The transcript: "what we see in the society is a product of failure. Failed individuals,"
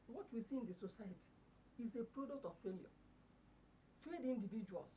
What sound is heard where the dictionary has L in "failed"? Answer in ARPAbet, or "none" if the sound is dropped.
none